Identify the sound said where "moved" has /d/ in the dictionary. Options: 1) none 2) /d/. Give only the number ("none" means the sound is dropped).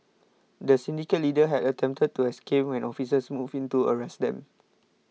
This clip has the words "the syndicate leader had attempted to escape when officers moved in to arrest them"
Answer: 1